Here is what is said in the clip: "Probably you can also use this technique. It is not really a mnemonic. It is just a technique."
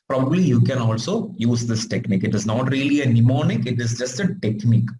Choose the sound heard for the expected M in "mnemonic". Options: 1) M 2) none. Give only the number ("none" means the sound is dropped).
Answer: 1